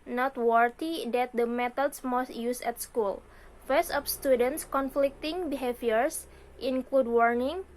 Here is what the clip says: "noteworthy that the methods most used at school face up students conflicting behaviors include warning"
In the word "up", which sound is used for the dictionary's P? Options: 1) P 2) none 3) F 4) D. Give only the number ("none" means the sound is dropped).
3